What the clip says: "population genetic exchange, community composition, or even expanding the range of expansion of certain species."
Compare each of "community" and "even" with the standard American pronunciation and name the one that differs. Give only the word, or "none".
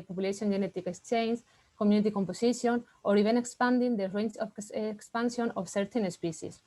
even